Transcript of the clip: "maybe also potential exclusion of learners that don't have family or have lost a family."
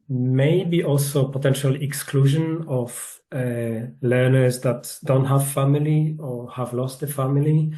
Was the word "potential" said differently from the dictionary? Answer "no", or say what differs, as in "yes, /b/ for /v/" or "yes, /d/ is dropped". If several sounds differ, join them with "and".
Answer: no